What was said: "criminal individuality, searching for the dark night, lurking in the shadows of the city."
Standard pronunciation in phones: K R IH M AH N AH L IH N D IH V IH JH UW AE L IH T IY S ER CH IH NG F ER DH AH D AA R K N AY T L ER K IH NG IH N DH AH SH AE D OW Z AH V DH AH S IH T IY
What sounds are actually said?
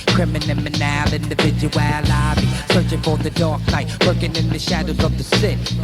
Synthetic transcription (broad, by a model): K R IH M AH N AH L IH N D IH V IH JH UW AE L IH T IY S ER CH IH NG F ER DH AH D AA R K N AY T W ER K IH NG IH N DH AH SH AE D OW Z AH V DH AH S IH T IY